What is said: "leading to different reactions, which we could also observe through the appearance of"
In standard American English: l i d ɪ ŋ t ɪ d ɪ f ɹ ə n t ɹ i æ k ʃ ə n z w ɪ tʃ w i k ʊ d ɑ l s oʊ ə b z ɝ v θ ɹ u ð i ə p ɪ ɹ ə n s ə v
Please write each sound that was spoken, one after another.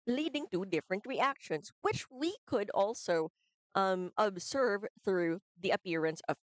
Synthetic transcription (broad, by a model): l i d ɪ ŋ t ɪ d ɪ f ɹ ə n t ɹ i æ k ʃ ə n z w ɪ tʃ w i k ʊ d ɑ l s oʊ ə b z ɝ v θ ɹ u ð i ə p ɪ ɹ ə n s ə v